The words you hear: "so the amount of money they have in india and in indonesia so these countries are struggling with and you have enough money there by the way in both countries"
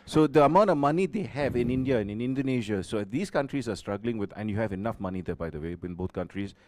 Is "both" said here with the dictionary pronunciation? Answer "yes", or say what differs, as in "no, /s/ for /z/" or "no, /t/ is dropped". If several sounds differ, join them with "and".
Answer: no, /t/ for /θ/